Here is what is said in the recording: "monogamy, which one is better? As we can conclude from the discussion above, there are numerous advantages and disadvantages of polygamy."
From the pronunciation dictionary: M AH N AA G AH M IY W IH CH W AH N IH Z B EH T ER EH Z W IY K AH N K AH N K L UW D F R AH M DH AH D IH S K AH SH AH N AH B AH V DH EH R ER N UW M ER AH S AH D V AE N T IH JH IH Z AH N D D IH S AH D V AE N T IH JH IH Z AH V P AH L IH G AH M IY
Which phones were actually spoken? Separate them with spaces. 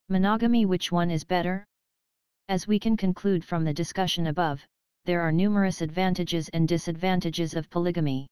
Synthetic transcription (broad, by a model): M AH N AA G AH M IY W IH CH W AH N IH Z B EH T ER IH Z W IY K AH N K AH N K L UW D F R AH M DH AH D IH S K AH SH AH N AH B AH V DH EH R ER N UW M ER AH S AH D V AE N T IH JH IH Z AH N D D IH S AH D V AE N T IH JH IH Z AH V P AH L IH G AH M IY